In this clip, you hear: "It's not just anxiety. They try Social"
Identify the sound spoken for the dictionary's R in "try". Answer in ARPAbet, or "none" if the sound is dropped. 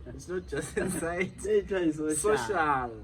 none